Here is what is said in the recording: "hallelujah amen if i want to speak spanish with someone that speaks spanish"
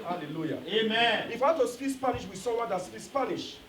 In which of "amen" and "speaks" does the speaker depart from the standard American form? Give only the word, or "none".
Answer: speaks